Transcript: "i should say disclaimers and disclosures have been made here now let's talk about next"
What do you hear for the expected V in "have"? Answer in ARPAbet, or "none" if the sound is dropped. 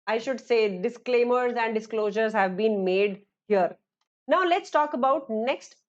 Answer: V